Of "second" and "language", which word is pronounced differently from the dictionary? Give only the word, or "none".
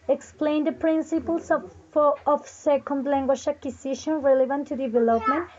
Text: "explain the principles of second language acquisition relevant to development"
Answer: language